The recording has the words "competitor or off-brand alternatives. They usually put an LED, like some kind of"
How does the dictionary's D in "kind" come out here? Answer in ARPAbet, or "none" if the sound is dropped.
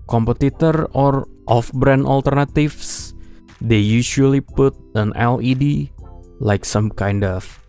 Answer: D